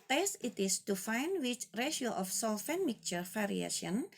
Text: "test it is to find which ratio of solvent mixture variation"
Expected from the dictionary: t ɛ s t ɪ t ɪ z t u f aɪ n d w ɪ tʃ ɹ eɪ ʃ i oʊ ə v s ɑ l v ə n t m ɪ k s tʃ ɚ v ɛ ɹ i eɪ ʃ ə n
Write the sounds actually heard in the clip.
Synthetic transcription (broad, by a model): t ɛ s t ɪ t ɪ s t u f aɪ n d w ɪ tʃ ɹ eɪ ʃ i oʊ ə f s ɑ l f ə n m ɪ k tʃ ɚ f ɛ ɹ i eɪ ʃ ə n